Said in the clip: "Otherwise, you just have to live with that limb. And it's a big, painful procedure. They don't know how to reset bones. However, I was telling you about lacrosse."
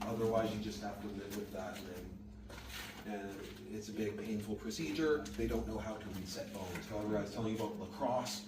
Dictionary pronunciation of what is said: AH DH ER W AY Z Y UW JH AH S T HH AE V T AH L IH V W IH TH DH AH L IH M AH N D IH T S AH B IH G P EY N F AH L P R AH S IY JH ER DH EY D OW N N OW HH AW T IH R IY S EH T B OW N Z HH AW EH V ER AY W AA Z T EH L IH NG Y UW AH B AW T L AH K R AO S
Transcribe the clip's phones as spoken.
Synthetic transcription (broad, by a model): AH DH ER W AY Z Y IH JH AH S T HH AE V T AH L IH V W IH DH AH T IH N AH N IH T S AH B IH G P EY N F L P R AH S IY JH ER DH EY D OW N N OW HH AW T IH W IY S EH T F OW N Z HH AW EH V ER W AA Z T EH L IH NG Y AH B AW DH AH K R AO S